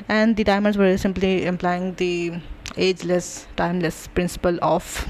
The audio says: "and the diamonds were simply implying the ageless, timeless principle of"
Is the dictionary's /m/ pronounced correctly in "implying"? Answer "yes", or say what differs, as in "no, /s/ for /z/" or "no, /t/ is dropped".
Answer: yes